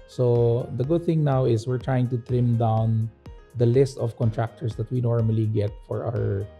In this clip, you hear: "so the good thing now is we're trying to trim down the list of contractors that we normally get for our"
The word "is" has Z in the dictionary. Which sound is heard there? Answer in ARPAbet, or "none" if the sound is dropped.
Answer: S